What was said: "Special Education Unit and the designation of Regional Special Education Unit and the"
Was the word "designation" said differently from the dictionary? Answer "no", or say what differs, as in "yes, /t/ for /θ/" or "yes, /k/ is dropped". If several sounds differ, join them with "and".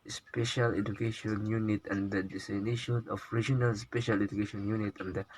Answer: yes, /s/ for /z/